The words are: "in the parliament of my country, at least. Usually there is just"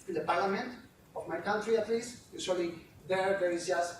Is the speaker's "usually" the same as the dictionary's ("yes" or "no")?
no